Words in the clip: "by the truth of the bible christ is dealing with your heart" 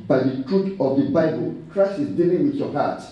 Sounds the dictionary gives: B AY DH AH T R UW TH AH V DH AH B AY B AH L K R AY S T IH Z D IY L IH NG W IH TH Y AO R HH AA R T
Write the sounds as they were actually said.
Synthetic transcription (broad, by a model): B AY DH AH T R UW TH AH V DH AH B AY B AH L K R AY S IH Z D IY L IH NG W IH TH Y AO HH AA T